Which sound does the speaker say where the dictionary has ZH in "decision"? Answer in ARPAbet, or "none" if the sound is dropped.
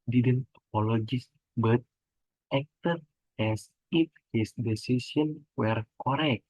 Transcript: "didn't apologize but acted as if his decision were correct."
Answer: S